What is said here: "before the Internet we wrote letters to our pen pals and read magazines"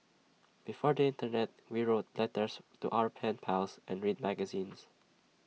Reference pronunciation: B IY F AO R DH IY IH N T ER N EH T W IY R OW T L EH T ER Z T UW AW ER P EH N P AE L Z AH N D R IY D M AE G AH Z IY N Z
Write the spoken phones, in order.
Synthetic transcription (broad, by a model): B IY F AO R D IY IH N T ER N EH T W IY R OW T L EH T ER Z T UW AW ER P EH N P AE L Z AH N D R IY D M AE G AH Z IY N S